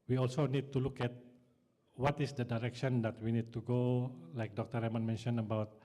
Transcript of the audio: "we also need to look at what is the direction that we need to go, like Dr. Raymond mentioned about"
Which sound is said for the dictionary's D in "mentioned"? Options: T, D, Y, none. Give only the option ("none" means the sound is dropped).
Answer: none